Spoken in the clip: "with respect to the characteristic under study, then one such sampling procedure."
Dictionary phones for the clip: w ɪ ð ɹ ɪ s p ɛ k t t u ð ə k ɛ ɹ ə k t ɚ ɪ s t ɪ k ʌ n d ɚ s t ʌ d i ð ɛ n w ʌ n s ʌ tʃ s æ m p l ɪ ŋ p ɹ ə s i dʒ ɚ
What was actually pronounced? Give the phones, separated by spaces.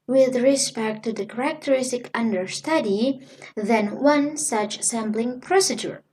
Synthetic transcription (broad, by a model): w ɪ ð ɹ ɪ s p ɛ k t t u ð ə k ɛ ɹ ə k t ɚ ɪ s t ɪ k ʌ n d ɚ s t ʌ d i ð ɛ n w ʌ n s ʌ tʃ s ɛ m b l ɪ ŋ p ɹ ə s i dʒ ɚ